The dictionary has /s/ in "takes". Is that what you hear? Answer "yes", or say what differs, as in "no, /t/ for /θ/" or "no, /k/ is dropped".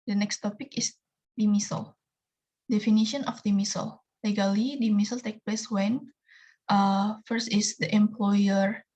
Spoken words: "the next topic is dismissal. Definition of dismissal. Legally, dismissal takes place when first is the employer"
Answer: no, /s/ is dropped